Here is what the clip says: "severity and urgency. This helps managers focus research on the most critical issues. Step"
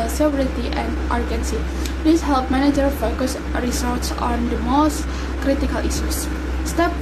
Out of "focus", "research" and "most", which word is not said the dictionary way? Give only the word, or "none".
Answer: research